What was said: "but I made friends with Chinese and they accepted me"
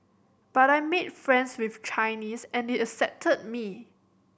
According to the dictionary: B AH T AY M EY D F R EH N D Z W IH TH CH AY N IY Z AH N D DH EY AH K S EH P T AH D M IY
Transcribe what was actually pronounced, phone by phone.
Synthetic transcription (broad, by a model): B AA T AY M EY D F R EH N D S W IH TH CH AY N IY S AH N D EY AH S EH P T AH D M IY